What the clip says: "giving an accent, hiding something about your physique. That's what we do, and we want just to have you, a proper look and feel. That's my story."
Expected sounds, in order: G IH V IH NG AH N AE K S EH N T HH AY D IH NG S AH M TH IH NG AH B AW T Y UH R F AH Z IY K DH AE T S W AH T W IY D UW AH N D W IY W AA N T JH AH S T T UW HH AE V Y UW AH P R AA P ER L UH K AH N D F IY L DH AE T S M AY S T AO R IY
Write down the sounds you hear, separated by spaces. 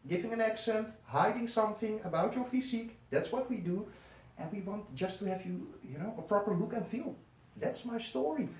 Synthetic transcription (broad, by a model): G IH V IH NG AH N AE K S EH N T HH AY D IH NG S AH M TH IH NG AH B AW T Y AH R F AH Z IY K DH AE T S W AH T W IY D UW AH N W IY W AA N T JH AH S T T UW HH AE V Y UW AH P R AA P ER L UH K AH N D F IY L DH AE T S M AY S T AO R IY